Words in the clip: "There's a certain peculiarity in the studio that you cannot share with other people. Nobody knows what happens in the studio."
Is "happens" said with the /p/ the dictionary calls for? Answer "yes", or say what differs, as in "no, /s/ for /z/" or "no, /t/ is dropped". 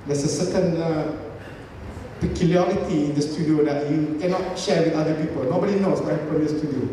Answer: no, /p/ is dropped